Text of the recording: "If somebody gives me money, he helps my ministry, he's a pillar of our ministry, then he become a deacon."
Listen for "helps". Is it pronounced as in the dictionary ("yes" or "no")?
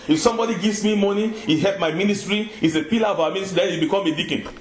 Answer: no